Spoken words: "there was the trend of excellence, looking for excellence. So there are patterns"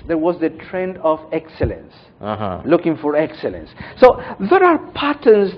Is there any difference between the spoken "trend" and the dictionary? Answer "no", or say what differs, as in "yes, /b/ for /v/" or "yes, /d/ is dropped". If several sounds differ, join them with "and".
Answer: no